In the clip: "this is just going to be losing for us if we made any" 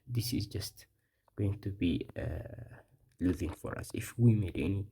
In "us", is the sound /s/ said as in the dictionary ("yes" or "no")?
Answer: yes